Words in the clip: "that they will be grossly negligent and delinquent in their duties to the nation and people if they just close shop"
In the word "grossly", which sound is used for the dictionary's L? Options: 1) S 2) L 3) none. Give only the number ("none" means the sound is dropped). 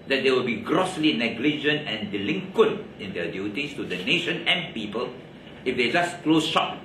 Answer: 2